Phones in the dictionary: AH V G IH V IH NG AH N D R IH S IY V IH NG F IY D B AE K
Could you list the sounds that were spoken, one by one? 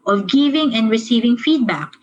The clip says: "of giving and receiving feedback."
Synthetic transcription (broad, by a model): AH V G IH V IH NG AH N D R IH S IY V IH NG F IY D B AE K